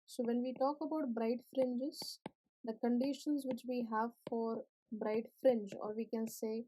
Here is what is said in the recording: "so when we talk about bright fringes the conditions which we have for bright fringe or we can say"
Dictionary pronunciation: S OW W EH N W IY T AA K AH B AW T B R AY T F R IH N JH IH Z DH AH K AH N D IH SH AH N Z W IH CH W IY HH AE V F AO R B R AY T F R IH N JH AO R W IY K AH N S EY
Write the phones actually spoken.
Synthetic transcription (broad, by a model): S OW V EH N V IY T AA K AH B AW T B R AY T F R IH N JH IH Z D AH K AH N D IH SH AH N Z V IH CH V IY HH AE V F AO R B R AY T F R IH N JH AO R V IY K AH N S EY